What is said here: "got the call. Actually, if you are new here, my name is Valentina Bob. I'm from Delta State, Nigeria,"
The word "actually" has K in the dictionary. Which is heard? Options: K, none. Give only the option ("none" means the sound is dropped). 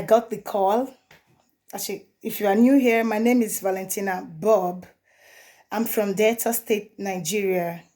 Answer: none